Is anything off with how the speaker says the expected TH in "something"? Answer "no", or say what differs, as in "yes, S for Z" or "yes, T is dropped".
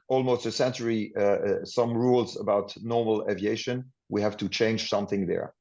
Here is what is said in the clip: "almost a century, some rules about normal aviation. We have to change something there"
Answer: no